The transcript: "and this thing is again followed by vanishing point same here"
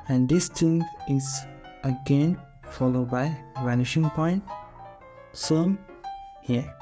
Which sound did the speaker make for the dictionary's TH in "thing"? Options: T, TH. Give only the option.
T